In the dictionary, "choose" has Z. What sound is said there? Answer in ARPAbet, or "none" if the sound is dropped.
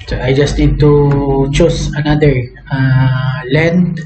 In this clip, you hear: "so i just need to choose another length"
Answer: S